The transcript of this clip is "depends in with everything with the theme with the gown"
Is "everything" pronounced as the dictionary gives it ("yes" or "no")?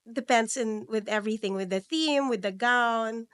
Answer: yes